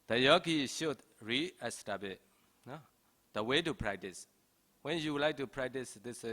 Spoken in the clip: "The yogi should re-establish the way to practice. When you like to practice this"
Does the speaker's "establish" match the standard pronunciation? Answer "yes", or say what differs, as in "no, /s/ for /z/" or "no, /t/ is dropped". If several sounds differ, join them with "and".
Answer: no, /l/ is dropped